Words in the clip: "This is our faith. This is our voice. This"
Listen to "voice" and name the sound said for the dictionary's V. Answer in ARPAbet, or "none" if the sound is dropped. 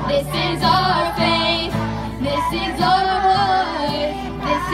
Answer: W